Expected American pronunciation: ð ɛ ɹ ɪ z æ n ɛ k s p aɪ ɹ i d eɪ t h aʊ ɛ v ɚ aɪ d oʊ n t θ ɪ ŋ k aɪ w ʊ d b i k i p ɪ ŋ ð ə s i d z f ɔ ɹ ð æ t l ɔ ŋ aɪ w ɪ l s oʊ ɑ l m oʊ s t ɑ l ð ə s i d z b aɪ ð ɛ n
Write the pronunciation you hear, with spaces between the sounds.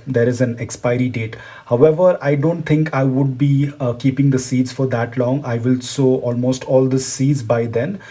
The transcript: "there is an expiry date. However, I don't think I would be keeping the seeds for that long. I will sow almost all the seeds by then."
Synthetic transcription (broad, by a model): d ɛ ɹ ɪ z æ n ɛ k s p aɪ ɹ i d eɪ t h aʊ ɛ v ɚ aɪ d oʊ n t t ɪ ŋ k aɪ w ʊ d b i k i p ɪ ŋ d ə s i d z f ɔ ɹ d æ t l ɔ ŋ aɪ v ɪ l s oʊ ɑ l m oʊ s t ɑ l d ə s i d z b aɪ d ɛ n